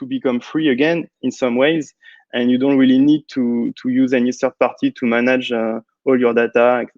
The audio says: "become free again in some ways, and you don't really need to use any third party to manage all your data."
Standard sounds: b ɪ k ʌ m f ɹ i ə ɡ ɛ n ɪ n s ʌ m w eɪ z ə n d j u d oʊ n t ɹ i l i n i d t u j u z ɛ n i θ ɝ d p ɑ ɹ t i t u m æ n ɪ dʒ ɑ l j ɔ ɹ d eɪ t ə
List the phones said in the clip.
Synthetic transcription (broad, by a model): b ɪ k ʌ m f ɹ i ə ɡ ɛ n ɪ n s ʌ m w eɪ z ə n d j u d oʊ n t ɹ i l i n i d t u j u z ɛ n i s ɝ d p ɑ ɹ t i t u m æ n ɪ dʒ ɑ l j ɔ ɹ d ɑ t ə